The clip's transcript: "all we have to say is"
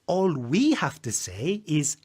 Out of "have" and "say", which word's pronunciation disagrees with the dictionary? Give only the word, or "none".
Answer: have